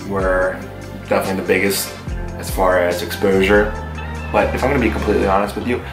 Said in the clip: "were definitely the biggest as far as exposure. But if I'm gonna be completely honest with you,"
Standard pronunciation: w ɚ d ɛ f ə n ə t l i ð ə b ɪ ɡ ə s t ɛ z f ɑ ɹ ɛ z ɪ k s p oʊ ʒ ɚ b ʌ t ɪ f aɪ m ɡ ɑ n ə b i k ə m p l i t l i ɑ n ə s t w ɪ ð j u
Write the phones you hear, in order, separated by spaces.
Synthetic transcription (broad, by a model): w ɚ d ɛ f ə n ə t l i ð ə b ɪ ɡ ə s t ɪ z f ɑ ɹ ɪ z ɪ k s p oʊ ʒ ɚ b ʌ t ɪ f aɪ m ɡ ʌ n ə b i k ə m p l i t l i ɑ n ə s t w ɪ ð j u